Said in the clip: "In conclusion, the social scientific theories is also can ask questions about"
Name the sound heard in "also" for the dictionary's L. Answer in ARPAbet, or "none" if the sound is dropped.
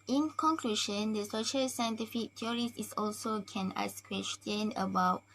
L